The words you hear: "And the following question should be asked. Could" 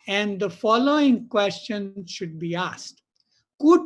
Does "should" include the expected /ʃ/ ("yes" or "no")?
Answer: yes